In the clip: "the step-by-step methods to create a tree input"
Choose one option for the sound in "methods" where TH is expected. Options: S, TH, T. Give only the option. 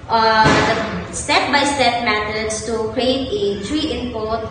T